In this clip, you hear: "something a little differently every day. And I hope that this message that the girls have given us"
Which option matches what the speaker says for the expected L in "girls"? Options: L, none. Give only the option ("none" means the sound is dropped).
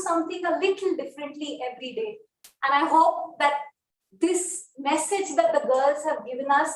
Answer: L